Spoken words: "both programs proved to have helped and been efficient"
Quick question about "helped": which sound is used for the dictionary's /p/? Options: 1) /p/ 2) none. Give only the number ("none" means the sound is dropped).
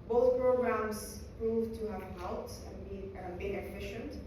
2